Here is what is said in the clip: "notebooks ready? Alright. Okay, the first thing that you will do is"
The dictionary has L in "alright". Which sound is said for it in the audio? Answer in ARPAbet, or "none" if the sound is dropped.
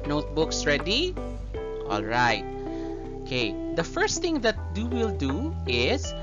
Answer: L